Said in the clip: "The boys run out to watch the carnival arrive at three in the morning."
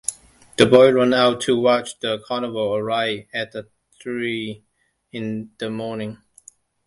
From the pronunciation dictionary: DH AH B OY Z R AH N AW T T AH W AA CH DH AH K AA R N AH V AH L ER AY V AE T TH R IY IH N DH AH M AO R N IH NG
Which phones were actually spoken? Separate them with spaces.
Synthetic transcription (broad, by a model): DH AH B OY R AH N AW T T AH W AA CH DH AH K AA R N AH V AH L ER AY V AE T TH R IY IH N DH AH M AO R N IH NG